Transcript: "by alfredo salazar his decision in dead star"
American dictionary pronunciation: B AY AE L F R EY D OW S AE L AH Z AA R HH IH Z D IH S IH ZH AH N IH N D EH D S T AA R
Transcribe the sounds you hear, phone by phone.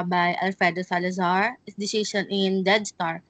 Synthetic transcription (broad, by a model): B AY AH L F EY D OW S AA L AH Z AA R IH S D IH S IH SH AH N IH N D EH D S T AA R